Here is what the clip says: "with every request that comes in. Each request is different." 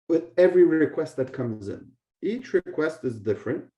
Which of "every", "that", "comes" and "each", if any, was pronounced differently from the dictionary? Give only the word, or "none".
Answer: none